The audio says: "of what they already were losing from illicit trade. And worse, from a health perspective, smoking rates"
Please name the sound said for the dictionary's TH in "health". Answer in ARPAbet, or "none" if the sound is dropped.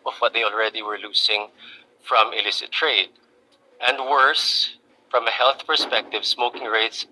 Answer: TH